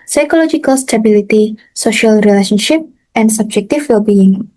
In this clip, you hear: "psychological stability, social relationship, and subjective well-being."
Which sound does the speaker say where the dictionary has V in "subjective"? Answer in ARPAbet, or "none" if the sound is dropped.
F